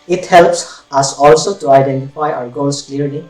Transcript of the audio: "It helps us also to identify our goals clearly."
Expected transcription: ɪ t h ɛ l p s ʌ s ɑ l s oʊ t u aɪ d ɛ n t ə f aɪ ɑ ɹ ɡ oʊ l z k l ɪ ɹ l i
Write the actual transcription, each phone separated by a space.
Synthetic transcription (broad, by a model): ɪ t h ɛ l p s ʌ s ɑ l s oʊ t u aɪ d ɛ n t ə f aɪ ɑ ɹ ɡ oʊ z k l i ɹ l i